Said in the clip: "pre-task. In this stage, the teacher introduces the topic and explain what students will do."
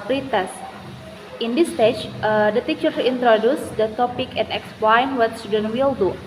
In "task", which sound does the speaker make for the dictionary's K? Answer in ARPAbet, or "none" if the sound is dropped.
none